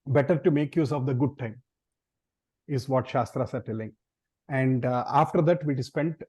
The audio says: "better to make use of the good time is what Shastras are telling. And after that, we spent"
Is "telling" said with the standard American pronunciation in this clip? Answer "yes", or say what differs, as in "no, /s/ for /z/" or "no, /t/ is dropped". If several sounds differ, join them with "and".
yes